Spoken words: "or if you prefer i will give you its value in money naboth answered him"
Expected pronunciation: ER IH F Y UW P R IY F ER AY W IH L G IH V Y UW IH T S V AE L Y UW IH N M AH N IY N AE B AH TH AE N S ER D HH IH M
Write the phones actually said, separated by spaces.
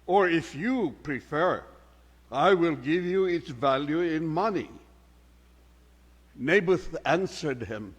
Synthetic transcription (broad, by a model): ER IH F Y UW P R IY F ER AY W IH L G IH V Y UW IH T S V AE L Y UW IH N M AH N IY N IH B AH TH AE N S ER D HH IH M